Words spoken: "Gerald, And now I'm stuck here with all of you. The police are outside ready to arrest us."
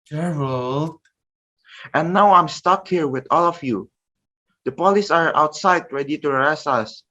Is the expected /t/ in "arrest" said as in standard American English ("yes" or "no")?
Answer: no